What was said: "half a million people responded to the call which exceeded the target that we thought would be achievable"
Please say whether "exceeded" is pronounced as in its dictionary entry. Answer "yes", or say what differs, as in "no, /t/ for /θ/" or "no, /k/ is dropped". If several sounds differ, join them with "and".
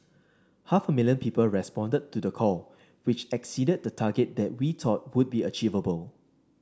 yes